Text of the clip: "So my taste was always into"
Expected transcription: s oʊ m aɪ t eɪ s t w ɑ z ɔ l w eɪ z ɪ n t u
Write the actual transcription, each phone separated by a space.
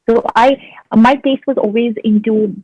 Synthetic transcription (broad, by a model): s oʊ m aɪ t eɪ s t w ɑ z ɔ l w eɪ z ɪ n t u